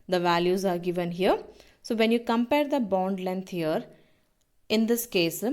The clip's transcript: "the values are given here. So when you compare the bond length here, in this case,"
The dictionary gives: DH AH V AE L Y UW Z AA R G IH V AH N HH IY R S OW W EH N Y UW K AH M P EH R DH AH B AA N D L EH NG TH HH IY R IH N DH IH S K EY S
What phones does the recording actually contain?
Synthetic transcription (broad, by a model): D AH V AE L Y UW Z AA R G IH V AH N HH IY R S OW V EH N Y UW K AH M P EH R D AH B AA N D L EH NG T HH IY R IH N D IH S K EY S